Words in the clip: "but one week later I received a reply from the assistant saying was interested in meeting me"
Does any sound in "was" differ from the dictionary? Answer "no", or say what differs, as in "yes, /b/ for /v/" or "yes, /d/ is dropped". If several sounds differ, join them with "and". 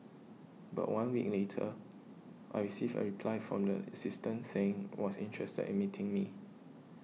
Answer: yes, /s/ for /z/